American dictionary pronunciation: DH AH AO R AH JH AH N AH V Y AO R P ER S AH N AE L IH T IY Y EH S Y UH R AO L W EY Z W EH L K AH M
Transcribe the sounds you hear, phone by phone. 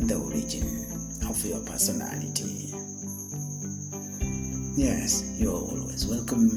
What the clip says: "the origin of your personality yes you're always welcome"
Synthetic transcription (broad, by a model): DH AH AO R AH JH AH N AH F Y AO P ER S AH N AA L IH T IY Y EH S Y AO W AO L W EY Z W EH L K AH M